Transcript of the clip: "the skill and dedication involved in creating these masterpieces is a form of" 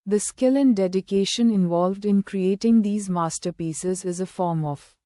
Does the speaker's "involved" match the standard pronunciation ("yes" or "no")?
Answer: yes